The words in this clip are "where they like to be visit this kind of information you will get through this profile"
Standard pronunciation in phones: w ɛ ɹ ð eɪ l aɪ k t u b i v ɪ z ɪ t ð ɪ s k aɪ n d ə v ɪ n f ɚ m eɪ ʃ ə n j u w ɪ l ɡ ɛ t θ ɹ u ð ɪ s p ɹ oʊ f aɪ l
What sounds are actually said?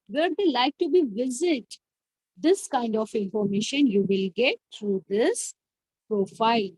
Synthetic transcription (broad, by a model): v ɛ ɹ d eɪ l aɪ k t u b i v ɪ z ɪ t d ɪ s k aɪ n d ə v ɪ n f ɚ m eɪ ʃ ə n j u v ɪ l ɡ ɛ t t ɹ u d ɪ s p ɹ oʊ f aɪ l